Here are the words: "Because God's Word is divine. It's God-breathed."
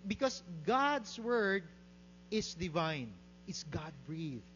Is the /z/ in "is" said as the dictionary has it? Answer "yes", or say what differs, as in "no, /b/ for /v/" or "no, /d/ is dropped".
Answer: no, /s/ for /z/